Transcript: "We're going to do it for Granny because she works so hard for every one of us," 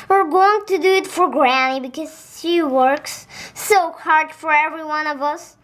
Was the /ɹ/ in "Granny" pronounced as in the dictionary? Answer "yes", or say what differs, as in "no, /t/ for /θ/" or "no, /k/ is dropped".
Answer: yes